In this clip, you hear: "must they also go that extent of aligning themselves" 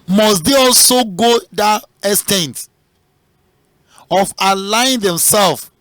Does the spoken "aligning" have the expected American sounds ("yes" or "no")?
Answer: no